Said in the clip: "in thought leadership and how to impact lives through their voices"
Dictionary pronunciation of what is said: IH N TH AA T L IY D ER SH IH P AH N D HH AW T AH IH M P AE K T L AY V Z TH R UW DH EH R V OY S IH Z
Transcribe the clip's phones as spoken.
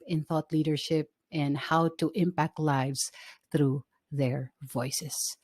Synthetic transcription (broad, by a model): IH N TH AA T L IY D ER SH IH P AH N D HH AW T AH IH M P AE K T L AY V Z TH R UW DH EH R V OY S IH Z